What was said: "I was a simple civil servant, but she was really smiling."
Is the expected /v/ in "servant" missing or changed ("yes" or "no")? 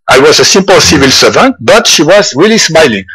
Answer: no